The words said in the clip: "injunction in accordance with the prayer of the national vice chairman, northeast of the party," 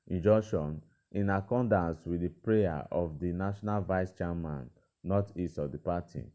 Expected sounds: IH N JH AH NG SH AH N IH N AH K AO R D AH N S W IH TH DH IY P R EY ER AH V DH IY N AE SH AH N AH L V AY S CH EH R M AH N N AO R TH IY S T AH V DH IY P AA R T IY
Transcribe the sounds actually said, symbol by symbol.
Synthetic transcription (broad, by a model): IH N JH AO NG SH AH N IH N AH K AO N D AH N S W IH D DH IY P R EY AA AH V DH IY N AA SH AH N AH L V AY S CH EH M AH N N AO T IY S AH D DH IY P AA T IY